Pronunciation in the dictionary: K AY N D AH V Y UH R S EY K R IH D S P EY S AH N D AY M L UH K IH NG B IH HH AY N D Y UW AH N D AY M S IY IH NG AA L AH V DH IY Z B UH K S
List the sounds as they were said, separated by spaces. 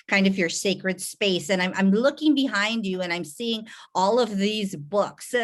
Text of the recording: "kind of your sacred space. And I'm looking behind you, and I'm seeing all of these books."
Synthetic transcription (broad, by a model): K AY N D AH V Y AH R S EY K R IH D S P EY S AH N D AY M L UH K IH NG B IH HH AY N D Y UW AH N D AY M S IY IH NG AA L AH V DH IY Z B UH K S